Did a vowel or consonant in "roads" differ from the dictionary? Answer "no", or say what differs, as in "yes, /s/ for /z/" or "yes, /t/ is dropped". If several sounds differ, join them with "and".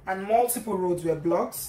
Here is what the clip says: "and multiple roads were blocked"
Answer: no